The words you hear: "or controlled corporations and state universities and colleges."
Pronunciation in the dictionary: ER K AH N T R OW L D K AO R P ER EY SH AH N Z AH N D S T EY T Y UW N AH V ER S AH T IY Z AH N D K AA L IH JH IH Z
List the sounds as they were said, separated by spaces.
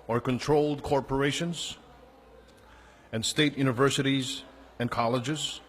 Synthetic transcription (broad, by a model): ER K AH N T R OW L D K AO R P ER EY SH AH N Z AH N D S T EY T Y UW N AH V ER S AH T IY Z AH N K AA L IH JH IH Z